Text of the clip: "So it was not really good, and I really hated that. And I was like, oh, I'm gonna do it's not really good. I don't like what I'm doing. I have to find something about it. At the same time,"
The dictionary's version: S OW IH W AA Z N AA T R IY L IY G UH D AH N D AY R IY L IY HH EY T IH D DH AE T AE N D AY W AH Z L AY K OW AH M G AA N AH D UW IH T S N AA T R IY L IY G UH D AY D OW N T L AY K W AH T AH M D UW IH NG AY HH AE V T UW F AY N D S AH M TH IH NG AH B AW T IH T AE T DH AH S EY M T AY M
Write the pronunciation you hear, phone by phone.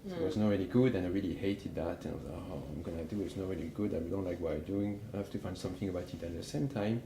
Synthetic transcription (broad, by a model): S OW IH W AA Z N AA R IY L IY G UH D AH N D AY R IY L IY HH EY T IH D DH AE T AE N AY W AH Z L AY OW AH M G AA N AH D UW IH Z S N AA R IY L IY G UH D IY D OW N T L AY K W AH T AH D UW IH NG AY HH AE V T UW F AY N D S AH M TH IH NG AH B AW T IH T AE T DH AH S EY M T AY M